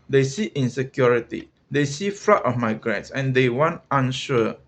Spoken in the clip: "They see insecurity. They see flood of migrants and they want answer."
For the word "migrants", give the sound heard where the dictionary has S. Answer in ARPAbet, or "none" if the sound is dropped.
S